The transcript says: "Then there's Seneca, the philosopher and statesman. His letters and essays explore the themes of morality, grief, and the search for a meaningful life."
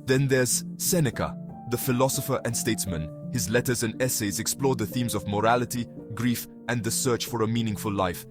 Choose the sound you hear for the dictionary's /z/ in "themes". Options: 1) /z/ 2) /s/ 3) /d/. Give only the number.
1